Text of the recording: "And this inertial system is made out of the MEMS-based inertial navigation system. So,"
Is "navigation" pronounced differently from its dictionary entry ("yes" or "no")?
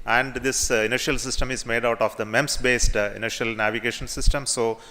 no